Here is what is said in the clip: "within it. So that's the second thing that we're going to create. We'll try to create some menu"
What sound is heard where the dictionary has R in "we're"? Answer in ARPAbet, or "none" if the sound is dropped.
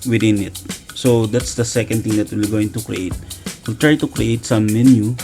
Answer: L